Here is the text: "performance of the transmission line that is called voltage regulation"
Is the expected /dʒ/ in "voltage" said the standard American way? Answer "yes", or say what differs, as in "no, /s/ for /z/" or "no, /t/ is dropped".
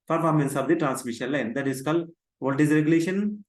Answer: no, /z/ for /dʒ/